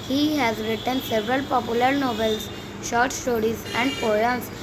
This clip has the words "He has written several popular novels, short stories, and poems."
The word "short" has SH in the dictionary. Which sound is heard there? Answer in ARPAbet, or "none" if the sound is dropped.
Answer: SH